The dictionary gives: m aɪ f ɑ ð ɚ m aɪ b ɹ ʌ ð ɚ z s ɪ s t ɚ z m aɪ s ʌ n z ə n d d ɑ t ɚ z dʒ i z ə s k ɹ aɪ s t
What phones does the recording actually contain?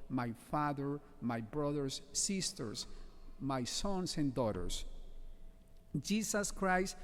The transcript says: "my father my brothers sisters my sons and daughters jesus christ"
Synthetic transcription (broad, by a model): m aɪ f ɑ ð ɚ m aɪ b ɹ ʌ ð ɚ s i s t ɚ s m aɪ s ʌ n s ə n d d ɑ t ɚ s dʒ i s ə s k ɹ aɪ s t